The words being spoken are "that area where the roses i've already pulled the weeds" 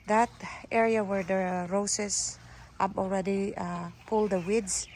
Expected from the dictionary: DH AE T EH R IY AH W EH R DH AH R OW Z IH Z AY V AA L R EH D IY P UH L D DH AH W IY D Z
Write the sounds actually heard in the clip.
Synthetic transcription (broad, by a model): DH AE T EH R IY AH W EH R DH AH R OW S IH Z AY P AA L R EH D IY P UH L D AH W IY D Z